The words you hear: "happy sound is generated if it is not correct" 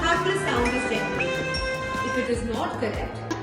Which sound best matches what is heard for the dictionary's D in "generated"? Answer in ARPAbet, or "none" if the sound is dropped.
none